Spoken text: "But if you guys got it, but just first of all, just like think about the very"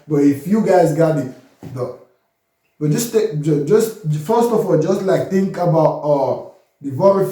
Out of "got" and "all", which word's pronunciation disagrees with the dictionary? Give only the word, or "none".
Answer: none